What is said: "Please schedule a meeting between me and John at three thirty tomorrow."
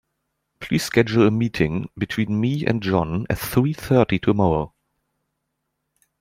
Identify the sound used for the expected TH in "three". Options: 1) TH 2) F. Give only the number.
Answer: 1